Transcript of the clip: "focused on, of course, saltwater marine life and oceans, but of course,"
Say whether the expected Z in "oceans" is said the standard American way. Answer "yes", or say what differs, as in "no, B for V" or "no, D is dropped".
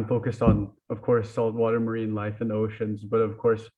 yes